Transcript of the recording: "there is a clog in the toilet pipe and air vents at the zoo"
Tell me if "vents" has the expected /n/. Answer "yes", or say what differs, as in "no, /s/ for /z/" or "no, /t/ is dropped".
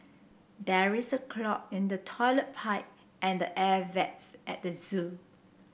no, /n/ is dropped